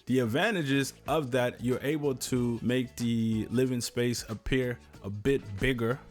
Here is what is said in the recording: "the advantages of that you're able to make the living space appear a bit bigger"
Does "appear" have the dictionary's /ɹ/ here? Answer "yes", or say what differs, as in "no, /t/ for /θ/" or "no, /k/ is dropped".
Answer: yes